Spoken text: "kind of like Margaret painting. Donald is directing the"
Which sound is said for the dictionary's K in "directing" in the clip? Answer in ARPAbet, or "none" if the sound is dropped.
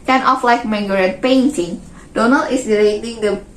none